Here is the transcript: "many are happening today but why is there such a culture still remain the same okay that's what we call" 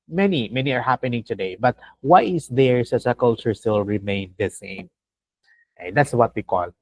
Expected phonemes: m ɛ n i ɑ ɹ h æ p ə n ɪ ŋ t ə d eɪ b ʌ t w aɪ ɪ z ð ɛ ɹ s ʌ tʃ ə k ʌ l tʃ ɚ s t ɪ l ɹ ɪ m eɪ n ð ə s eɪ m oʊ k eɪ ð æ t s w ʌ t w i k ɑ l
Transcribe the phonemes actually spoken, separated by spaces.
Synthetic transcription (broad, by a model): m ɛ n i ɑ ɹ h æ p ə n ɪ ŋ t ə d eɪ b ʌ t w aɪ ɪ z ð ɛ ɹ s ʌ s ə k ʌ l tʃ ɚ s t ɪ l ɹ ɪ m eɪ n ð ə s eɪ m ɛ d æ t s w ʌ t w i k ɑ l